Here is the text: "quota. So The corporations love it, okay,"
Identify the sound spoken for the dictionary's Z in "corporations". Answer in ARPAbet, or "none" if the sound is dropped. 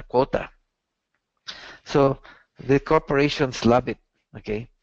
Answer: S